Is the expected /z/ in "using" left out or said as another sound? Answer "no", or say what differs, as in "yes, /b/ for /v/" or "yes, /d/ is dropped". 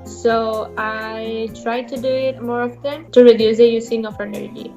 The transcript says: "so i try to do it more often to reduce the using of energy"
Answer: yes, /s/ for /z/